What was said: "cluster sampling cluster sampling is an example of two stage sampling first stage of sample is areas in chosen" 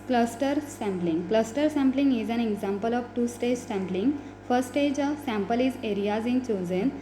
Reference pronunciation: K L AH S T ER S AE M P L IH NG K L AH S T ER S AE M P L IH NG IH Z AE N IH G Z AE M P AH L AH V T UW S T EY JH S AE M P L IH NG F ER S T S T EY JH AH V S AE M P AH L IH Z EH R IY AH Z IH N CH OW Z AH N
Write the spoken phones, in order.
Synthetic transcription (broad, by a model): K L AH S T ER S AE M P L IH NG K L AH S T ER S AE M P L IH NG IH Z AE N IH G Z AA M P AH L AH V T UW S T EY JH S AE M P L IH NG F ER T S T EY JH AH V S AE M P AH L IH Z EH R IY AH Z IH N CH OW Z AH N